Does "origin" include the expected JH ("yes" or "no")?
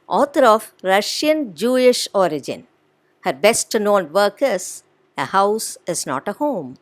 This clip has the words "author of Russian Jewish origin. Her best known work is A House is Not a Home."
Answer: yes